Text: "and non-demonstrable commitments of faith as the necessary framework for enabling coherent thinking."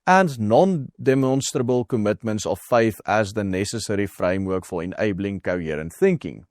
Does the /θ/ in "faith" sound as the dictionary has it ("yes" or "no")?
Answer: no